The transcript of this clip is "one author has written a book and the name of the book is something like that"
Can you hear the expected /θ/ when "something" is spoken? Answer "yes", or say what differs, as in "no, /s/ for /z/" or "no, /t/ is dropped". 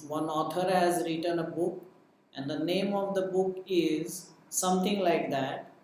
no, /t/ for /θ/